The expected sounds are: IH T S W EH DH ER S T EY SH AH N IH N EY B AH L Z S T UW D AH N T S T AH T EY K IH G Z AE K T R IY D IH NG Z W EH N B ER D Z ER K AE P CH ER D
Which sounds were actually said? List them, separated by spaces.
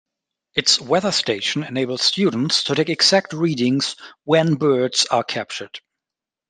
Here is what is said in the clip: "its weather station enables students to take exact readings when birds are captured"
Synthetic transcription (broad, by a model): IH T S W EH DH ER S T EY SH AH N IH N EY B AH L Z S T UW D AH N T S T AH T EY K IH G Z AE K T R IY D IH NG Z W EH N B ER D Z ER K AE P CH ER D